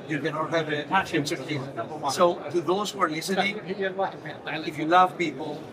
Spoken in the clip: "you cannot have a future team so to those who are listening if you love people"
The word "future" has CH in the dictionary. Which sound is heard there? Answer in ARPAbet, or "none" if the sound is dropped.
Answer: none